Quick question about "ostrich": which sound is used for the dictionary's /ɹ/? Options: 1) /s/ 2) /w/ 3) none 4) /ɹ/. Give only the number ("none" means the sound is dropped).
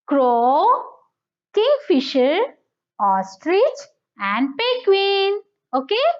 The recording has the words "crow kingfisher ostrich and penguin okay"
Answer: 4